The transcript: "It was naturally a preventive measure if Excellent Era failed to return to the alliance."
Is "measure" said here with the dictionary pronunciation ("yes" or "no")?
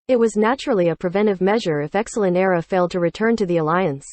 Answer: yes